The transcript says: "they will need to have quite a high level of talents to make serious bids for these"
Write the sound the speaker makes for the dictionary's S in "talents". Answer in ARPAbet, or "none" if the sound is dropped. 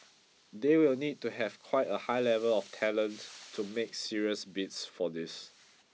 none